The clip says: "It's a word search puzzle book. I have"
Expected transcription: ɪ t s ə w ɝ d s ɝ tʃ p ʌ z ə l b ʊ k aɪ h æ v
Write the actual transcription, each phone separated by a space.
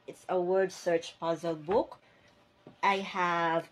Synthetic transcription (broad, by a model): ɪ t s ə w ɝ d s ɝ tʃ p ʌ z ə l b ʊ k aɪ h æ v